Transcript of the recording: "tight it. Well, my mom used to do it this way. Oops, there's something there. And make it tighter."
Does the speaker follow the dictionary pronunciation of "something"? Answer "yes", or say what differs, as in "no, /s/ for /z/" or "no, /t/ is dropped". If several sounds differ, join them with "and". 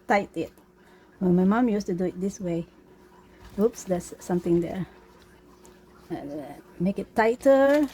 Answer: no, /t/ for /θ/